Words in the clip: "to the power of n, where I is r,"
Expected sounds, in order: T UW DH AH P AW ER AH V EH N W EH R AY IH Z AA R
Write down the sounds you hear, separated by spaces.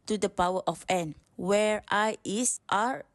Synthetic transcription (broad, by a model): T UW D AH P AW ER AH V EH N W EH R AY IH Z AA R